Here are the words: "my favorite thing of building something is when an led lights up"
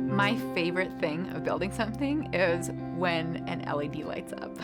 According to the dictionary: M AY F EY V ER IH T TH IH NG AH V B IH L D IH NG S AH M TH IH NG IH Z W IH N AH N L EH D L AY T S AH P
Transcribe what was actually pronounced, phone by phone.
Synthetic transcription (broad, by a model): M AY F EY V ER IH T TH IH NG AH V B IH L D IH NG S AH M TH IH NG IH Z W IH N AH N L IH D L AY T S AH P